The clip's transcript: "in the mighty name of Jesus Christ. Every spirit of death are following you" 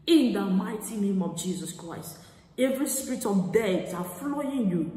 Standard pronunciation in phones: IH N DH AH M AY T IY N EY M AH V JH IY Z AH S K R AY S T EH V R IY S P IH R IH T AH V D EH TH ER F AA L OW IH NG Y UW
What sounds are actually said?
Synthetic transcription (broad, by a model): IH N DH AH M AY T IY N EY M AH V JH IY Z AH S K R AY S T EH V R IY S P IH R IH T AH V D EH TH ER F L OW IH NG Y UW